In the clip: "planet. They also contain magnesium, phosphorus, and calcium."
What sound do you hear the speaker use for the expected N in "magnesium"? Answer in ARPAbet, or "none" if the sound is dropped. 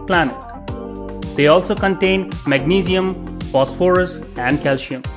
N